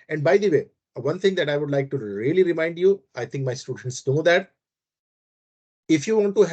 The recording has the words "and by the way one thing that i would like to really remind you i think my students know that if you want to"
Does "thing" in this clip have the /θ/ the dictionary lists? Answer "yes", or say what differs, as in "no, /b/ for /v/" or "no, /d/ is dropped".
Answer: no, /t/ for /θ/